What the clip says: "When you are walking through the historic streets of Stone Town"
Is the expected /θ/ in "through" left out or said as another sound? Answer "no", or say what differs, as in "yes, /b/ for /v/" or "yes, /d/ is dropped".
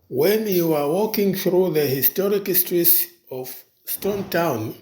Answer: no